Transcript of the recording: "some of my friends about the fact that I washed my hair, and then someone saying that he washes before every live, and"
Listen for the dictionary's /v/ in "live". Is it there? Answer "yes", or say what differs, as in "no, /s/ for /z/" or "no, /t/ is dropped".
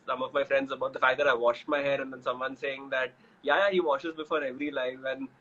no, /f/ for /v/